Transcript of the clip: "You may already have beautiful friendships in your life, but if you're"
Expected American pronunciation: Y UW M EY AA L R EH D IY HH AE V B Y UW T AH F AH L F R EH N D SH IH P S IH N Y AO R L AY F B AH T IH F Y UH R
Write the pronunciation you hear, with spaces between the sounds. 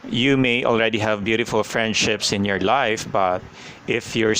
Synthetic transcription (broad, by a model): Y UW M EY AA L R EH D IY HH AE V B Y UW T AH F AH L F R EH N D SH IH P S IH N Y AO R L AY F B AH T IH F Y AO R